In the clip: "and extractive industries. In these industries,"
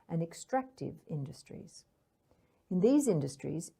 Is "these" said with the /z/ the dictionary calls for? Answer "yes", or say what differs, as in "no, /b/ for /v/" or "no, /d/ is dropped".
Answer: yes